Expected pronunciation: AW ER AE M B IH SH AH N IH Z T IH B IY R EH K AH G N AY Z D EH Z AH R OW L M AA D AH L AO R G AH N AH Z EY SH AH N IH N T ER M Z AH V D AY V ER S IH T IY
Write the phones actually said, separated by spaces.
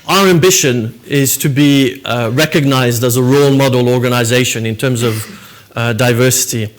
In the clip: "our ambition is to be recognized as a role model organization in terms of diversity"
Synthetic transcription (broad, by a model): AW ER AE M B IH SH AH N IH Z T IH B IY R EH K AH G N AY Z D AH Z AH R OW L M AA D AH L AO R G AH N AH Z EY SH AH N IH N T ER M Z AH V D AY V ER S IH T IY